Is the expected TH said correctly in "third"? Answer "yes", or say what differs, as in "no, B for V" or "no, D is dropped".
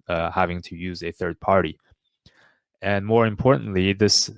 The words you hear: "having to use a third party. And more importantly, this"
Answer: yes